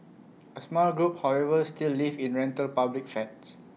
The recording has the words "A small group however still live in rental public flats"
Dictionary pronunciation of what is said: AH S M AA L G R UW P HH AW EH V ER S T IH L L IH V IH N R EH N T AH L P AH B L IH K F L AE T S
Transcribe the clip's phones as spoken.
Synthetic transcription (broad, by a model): AH S M AA L G R UW P HH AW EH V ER S T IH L L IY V IH N R EH N T AH L P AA B L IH K F EH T S